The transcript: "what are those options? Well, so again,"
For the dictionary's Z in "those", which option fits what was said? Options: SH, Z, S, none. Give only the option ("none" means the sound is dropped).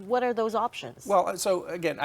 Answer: Z